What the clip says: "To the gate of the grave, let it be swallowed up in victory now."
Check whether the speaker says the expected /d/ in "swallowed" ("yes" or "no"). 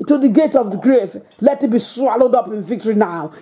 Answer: yes